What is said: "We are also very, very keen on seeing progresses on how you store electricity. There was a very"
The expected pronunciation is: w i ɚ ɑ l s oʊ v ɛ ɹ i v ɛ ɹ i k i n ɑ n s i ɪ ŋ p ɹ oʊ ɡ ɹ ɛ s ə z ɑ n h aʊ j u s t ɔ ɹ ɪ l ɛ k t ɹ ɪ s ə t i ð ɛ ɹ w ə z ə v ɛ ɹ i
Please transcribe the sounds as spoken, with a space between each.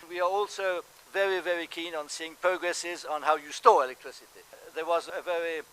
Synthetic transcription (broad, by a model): w i ɚ ɑ l s oʊ v ɛ ɹ i v ɛ ɹ i k i n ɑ n s i ɪ ŋ p ɹ oʊ ɡ ɹ ɛ s ə z n h aʊ j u s t ɔ ɹ ɪ l ɛ k t ɹ ɪ s ə t i ð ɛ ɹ w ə z ə v ɛ ɹ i